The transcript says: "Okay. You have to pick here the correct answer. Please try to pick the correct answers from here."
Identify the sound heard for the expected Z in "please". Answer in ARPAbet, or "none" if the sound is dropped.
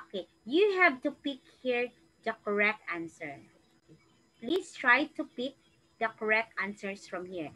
S